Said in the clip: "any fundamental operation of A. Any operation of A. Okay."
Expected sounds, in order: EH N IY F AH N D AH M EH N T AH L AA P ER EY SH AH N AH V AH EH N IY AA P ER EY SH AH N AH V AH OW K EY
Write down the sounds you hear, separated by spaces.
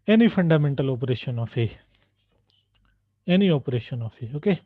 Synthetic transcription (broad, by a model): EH N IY P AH N D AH M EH N T AH L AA P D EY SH AH N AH F AH EH N IY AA P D EY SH AH N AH F AH OW K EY